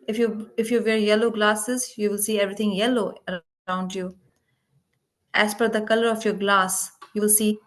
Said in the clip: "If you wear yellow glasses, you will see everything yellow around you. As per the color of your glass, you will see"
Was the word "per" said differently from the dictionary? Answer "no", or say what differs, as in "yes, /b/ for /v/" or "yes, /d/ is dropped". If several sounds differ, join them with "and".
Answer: yes, /f/ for /p/